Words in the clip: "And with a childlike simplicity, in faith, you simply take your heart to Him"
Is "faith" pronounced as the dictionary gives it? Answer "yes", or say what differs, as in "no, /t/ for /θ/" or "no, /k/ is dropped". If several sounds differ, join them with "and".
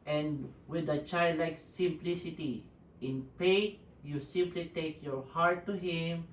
no, /p/ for /f/ and /t/ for /θ/